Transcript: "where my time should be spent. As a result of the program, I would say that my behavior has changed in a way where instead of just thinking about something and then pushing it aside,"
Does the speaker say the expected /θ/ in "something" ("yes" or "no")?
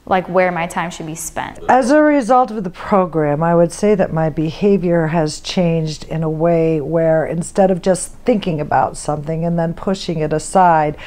yes